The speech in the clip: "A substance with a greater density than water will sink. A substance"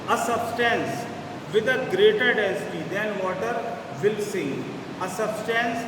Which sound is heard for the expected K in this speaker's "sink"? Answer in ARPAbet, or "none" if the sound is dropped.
none